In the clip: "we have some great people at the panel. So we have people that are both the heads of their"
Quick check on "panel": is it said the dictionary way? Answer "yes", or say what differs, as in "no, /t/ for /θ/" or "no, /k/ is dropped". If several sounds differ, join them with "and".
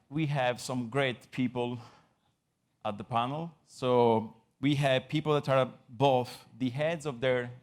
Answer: yes